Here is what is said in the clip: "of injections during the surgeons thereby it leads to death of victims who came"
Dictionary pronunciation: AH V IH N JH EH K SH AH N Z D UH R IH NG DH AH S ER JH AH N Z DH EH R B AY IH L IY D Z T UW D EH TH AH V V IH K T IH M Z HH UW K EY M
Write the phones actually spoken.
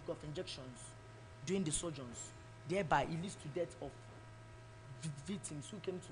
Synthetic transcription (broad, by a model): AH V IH N JH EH K SH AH N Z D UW IH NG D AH S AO JH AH N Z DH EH B AY IH L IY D S T UW D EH T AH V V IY K T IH M S HH UW K EY M